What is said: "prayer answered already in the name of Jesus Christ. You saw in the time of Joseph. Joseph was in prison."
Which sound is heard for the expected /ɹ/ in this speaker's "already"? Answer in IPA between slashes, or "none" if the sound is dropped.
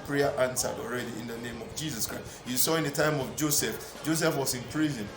/ɹ/